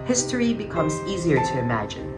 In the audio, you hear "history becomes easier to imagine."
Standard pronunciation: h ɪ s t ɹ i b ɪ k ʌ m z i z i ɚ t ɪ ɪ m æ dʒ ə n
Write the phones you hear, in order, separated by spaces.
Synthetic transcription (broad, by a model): h ɪ s t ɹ i b ɪ k ʌ m z i z i ɚ t ɪ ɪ m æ dʒ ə n